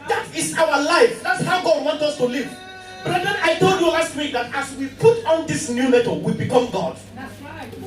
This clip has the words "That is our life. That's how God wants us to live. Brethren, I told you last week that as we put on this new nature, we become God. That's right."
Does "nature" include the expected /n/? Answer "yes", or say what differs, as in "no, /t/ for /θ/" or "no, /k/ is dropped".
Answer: no, /l/ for /n/